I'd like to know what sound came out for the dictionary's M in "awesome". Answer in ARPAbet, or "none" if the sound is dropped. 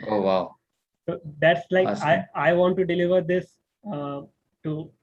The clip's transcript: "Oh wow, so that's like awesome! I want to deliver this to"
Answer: none